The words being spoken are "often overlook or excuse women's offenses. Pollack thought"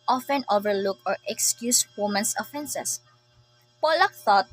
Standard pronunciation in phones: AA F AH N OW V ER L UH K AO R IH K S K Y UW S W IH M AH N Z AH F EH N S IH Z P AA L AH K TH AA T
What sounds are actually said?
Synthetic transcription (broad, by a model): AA F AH N OW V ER L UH K AO R IH K S K Y UW S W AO M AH N S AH F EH N S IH S P AA L AH K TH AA T